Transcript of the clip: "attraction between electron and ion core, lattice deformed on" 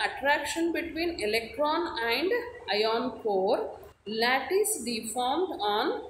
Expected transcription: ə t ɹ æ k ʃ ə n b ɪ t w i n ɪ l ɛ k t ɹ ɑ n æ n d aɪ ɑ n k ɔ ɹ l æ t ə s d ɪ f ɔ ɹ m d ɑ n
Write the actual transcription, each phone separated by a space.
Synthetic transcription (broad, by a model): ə t ɹ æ k ʃ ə n b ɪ t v i n ɪ l ɛ k t ɹ ɑ n æ n d aɪ ɑ n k ɔ ɹ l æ t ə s d ɪ f ɔ ɹ m d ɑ n